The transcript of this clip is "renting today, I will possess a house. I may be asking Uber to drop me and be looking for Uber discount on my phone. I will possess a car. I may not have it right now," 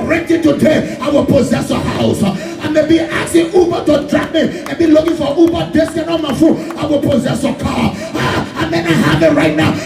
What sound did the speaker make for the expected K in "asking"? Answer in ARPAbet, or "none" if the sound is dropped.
none